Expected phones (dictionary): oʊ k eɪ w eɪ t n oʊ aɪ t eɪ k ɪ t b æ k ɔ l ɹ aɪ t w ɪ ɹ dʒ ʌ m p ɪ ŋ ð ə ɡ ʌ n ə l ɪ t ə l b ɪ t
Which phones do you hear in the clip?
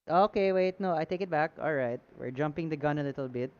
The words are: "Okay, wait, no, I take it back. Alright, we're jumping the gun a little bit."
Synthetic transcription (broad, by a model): oʊ k eɪ w eɪ t n oʊ aɪ t eɪ k ɪ t b æ k ɔ l ɹ aɪ t w ɪ ɹ dʒ ʌ m p ɪ ŋ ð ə ɡ ʌ n ə l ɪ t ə l b ɪ t